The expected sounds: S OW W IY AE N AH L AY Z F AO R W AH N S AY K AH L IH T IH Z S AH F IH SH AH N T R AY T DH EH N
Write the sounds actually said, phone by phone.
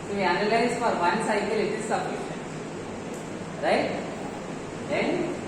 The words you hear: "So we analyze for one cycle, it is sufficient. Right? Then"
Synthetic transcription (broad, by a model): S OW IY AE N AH L AY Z F AO R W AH N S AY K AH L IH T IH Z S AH P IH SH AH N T R AY T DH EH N